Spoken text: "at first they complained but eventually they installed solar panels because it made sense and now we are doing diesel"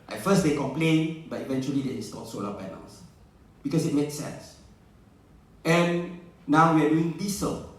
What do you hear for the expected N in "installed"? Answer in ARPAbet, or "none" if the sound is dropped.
none